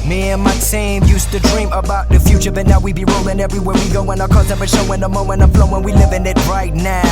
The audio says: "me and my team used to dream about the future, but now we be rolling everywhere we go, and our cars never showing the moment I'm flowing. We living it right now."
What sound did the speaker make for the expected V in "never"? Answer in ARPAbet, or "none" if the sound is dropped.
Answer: P